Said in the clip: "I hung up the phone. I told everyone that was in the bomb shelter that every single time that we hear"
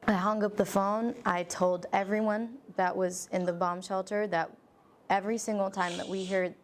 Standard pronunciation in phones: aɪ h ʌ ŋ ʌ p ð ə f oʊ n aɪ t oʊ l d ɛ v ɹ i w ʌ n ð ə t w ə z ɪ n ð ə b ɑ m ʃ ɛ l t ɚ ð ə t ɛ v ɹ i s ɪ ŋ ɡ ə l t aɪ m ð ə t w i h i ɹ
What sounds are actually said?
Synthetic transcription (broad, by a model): aɪ h ʌ ŋ ʌ p ð ə f oʊ n aɪ t oʊ l d ɛ v ɹ i w ʌ n ð ə t w ə z ɪ n ð ə b ɑ m ʃ ɛ l t ɚ ð ə t ɛ v ɹ i s ɪ ŋ ɡ l t aɪ m ð ə t w i h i ɹ